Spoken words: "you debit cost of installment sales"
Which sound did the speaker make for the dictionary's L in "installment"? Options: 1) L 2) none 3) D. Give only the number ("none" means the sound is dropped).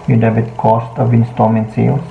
2